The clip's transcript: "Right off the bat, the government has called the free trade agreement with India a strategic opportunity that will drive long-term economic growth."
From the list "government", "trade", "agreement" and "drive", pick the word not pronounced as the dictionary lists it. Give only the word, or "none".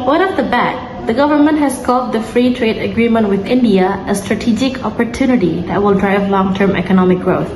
none